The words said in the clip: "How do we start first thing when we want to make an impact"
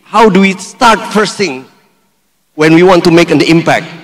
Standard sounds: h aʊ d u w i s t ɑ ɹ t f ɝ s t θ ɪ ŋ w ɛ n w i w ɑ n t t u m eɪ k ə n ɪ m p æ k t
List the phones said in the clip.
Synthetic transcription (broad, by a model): h aʊ d u w i s t ɑ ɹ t p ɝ s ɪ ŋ w ɛ n w i w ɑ n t t u m eɪ k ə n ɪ m p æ k t